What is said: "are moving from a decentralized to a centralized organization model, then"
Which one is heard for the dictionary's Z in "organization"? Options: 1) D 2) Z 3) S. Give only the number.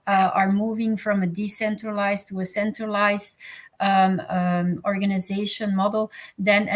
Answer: 2